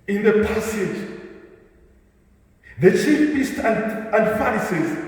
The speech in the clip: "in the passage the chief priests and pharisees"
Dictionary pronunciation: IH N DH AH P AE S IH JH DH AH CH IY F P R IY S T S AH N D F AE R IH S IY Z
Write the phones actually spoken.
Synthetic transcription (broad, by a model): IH N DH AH P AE S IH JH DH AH CH IY F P IY S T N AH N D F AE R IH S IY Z